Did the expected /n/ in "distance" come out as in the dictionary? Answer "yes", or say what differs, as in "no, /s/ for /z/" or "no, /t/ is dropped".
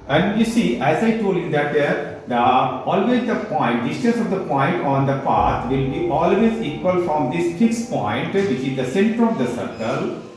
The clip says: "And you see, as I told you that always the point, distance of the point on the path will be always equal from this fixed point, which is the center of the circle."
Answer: no, /n/ is dropped